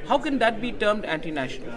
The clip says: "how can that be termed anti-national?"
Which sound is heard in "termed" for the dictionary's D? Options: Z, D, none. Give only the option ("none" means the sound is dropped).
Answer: D